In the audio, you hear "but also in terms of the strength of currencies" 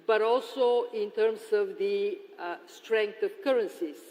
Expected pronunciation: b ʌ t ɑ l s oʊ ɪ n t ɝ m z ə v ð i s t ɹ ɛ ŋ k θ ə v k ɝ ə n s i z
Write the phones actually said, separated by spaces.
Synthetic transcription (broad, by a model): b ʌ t ɑ l s oʊ ɪ n t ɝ m s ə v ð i s t ɹ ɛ ŋ k t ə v k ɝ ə n s i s